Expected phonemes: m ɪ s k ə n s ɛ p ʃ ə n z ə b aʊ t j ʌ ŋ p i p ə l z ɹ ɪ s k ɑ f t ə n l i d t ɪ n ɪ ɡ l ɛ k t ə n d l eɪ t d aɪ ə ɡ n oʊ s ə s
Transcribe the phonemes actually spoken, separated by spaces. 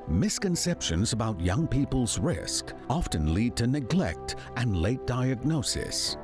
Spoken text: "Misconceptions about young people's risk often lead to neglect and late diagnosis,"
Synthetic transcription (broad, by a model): m ɪ s k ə n s ɛ p ʃ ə n z ə b aʊ t j ʌ ŋ p i p ə l z ɹ ɪ s k ɑ f t ə n l i d t ɪ n ɪ ɡ l ɛ k t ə n l eɪ t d aɪ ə ɡ n oʊ s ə s